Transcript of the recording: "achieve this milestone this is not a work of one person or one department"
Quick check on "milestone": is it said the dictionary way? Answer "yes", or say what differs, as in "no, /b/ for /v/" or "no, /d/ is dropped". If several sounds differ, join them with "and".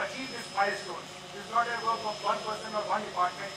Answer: no, /l/ is dropped